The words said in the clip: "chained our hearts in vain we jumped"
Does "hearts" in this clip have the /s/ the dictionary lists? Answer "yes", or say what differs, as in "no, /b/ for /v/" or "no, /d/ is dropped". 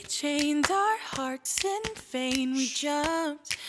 yes